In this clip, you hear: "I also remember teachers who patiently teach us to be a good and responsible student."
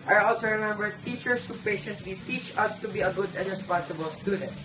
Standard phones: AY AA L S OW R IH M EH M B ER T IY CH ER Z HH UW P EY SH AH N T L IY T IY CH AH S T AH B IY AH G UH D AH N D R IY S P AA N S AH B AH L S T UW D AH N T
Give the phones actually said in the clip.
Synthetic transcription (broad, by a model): AY AA L S OW R IH M EH M B ER T IY CH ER S HH UW P EY SH AH N T L IY T IY CH AH S T AH B IY AH G UH D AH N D R IY S P AA N S AH B AH L S T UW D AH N T